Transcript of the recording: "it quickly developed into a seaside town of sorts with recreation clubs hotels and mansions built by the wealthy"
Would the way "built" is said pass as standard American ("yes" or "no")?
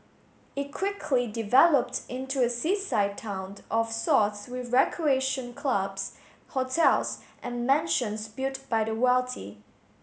no